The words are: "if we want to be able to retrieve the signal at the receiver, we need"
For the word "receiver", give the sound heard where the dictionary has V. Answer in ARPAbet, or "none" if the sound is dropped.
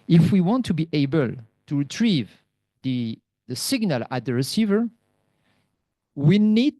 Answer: V